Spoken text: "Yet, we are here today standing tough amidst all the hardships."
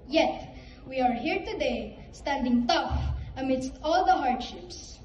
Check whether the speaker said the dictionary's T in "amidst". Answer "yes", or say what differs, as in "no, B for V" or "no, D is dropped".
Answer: yes